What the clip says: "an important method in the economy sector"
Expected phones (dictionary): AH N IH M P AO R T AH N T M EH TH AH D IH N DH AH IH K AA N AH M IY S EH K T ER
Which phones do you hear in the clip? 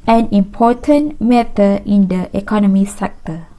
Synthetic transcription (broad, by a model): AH N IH M P AO T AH N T M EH T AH IH N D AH IH K AA N AH M IY S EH K T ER